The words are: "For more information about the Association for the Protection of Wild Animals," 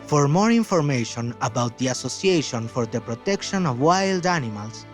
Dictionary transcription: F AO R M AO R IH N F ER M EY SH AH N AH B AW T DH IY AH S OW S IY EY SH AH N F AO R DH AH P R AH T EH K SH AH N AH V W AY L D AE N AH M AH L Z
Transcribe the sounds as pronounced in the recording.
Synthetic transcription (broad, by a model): F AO R M AO R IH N F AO M EY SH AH N AH B AW T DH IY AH S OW S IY EY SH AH N F AO R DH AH P R AH T EH K SH AH N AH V W AY L D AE N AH M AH L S